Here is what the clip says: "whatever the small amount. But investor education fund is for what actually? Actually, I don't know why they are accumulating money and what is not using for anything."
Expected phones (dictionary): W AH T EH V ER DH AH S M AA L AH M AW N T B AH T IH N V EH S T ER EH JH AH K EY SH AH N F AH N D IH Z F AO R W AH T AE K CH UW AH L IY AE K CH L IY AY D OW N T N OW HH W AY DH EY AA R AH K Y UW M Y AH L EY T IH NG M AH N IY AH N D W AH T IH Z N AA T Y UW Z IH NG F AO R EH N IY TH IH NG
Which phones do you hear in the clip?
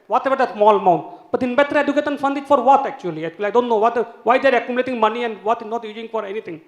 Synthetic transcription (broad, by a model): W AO T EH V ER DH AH S M AA L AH M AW N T B AH T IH N B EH T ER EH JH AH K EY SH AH N F AH N D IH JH F AO R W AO T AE K CH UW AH L IY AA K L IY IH D OW N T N OW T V AY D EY R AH K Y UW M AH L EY T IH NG M AH N IY AH N D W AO T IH N AA T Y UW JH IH NG F AO R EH N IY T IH NG